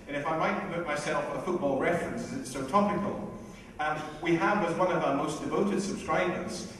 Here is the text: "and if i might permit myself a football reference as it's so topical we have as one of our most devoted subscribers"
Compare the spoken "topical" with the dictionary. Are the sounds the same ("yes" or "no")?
no